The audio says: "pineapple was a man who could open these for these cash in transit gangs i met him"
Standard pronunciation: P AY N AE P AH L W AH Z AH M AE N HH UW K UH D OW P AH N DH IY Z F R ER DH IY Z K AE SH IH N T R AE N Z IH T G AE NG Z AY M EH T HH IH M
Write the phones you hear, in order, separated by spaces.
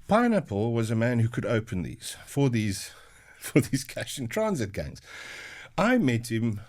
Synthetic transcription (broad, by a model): P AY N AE P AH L W AH Z AH M AE N HH UW K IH D OW P AH N DH IY Z F R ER DH IY Z K AE SH IH N T R AE N Z IH T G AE NG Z AY M EH T HH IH M